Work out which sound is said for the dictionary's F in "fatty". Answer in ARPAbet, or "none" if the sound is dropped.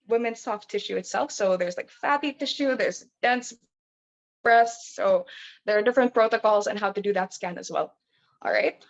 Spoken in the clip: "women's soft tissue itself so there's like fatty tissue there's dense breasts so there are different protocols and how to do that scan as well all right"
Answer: F